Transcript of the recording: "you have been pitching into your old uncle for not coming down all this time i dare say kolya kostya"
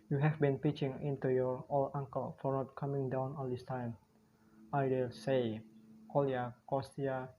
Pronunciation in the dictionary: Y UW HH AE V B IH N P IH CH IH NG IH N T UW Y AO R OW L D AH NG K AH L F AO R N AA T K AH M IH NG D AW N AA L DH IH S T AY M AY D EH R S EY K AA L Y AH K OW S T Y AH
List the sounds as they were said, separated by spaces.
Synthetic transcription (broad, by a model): Y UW HH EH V B IH N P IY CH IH NG IH N T UW Y AO R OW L AA NG K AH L F AO R N AA T K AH M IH NG D AW N AA L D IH S T AY M AY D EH L S EY K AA L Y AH K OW S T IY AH